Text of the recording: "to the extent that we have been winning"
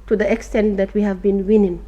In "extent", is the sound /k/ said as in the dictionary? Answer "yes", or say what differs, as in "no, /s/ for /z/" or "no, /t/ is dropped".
yes